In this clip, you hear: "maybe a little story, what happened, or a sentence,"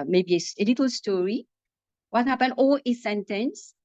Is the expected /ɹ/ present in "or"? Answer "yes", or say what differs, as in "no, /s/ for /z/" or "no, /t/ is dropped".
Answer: no, /l/ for /ɹ/